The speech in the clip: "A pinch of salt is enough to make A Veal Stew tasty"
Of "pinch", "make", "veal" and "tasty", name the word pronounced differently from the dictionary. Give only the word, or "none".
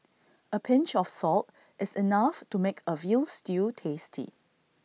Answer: none